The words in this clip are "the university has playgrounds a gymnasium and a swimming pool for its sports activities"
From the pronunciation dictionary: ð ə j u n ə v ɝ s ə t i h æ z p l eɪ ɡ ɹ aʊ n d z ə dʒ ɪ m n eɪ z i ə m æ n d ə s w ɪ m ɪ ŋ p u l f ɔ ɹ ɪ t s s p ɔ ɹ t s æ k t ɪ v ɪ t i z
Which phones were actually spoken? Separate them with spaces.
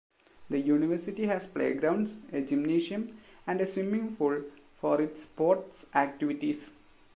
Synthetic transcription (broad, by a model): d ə j u n ə v ɝ s ə t i h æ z p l eɪ ɡ ɹ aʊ n d s ə dʒ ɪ m n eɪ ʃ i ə m æ n d ə s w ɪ m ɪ ŋ f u l f ɔ ɹ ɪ t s s p ɔ ɹ t s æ k t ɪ v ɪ t i s